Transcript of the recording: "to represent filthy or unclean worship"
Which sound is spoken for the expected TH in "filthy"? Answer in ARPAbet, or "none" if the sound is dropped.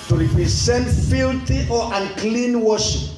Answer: T